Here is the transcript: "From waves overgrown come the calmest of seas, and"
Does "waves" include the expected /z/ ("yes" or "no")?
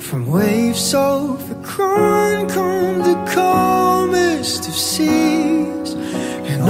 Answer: no